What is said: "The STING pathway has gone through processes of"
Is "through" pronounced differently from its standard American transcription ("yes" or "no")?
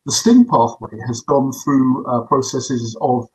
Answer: no